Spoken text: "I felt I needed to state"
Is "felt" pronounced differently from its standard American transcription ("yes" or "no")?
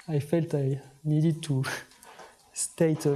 no